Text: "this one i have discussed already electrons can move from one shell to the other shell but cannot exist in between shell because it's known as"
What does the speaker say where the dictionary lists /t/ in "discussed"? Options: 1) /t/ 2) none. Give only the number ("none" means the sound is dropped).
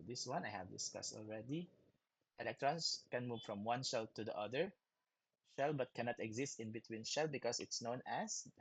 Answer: 1